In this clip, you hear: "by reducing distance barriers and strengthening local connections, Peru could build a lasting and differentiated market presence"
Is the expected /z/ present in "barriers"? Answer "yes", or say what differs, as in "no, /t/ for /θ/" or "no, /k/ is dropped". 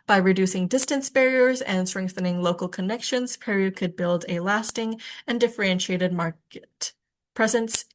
yes